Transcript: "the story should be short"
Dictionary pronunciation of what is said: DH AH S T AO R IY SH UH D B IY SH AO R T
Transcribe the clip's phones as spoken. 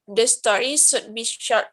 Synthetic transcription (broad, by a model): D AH S T AO R IY S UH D B IY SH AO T